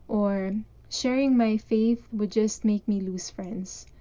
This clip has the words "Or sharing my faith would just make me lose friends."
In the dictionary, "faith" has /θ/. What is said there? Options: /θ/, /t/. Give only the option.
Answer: /θ/